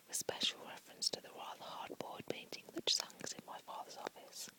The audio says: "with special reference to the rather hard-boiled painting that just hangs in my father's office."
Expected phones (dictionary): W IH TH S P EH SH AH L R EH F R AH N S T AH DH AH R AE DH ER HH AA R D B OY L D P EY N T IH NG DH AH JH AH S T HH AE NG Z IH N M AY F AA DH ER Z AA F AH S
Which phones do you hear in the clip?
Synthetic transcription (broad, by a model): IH S P EH SH AH L R EH F R AH N S T AH DH AH R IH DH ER HH AA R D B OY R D P EY N T IH NG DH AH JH S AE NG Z IH N M AY F AA DH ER Z AA F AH S